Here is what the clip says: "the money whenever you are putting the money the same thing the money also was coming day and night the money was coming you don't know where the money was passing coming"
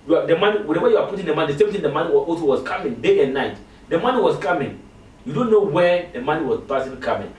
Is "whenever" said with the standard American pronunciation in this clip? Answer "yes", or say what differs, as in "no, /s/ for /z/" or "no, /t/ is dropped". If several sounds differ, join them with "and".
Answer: no, /w/ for /v/